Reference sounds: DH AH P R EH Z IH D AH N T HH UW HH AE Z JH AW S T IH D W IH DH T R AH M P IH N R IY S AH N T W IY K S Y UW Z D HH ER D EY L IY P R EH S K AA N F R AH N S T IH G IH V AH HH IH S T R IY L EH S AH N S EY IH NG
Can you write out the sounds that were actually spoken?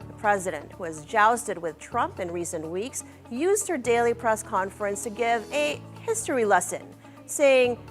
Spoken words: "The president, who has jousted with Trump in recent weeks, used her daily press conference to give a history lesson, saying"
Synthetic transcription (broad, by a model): DH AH P R EH Z IH D AH N T HH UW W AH Z JH AW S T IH D W IH DH T R AH M P IH N R IY S AH N T W IY K S Y UW Z D HH ER D EY L IY P R EH S K AA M F R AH N S T IH G IH V AH HH IH S T R IY L EH S AH N S EY IH NG